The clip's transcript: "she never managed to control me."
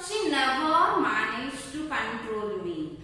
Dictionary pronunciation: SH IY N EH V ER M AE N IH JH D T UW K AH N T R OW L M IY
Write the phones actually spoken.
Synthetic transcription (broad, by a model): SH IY L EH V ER M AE N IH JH T UW K AH N T R OW L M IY